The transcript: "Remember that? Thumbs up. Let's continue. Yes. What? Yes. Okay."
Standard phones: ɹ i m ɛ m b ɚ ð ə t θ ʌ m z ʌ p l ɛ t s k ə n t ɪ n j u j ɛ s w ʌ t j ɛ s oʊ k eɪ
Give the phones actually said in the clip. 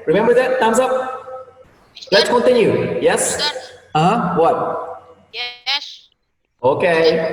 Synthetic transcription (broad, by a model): ɹ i m ɛ m b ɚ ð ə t t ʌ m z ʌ p l ɛ t s k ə n t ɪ n j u j ɛ s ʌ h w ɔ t oʊ k eɪ